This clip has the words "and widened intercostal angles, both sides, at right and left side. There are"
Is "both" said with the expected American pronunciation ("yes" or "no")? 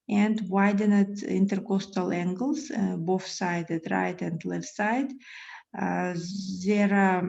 no